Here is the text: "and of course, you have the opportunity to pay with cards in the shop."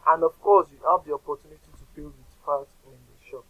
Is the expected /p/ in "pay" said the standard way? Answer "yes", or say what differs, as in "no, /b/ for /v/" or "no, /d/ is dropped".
no, /b/ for /p/